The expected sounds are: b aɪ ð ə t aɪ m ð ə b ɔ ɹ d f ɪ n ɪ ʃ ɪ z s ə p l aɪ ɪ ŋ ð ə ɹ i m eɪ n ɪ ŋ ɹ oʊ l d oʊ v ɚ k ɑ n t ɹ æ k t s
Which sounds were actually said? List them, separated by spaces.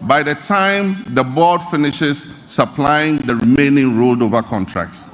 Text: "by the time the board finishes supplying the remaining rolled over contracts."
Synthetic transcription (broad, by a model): b aɪ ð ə t aɪ m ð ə b ɔ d f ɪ n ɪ ʃ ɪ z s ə p l aɪ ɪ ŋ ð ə ɹ i m eɪ n ɪ ŋ ɹ oʊ l d oʊ v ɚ k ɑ n t ɹ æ k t s